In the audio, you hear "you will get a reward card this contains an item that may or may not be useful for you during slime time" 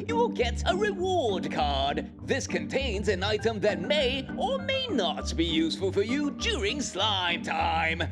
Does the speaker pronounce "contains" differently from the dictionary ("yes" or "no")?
no